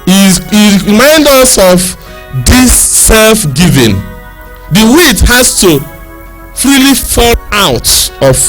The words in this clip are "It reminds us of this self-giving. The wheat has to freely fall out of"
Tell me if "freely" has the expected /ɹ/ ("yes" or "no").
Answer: yes